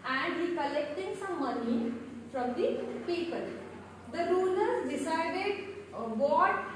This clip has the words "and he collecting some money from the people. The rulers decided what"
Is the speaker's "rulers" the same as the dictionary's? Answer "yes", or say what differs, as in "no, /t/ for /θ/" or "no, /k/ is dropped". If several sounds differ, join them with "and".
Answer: no, /z/ is dropped